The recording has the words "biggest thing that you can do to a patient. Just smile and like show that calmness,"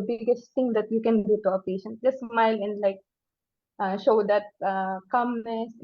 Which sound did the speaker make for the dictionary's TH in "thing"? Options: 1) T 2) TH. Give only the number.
1